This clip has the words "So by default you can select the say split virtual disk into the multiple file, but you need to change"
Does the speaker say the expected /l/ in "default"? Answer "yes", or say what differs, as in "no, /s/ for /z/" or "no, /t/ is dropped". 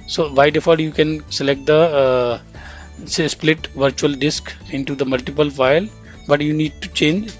no, /l/ is dropped